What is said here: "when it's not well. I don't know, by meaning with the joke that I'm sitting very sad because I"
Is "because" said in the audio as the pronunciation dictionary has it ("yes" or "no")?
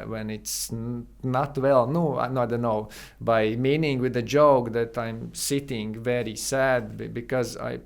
yes